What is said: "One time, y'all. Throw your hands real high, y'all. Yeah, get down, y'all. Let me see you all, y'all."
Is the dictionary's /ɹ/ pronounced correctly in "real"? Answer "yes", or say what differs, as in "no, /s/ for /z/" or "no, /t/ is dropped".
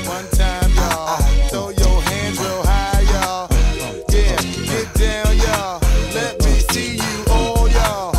no, /w/ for /ɹ/